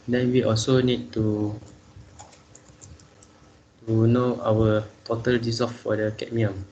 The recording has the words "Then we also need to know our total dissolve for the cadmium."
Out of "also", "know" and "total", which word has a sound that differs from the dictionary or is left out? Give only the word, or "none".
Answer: none